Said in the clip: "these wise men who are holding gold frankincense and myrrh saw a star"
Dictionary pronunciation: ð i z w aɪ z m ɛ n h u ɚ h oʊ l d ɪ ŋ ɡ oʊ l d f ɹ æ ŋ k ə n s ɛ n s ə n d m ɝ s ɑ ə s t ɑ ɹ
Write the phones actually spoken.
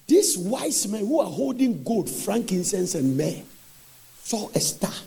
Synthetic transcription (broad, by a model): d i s w aɪ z m ɛ n h u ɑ h oʊ l d ɪ ŋ ɡ oʊ l d f ɹ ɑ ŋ k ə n s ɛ n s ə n m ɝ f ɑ ə s t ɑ